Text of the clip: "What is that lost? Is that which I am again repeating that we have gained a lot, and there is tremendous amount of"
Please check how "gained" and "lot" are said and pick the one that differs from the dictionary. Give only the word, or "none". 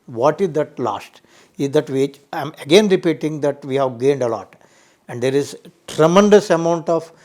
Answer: none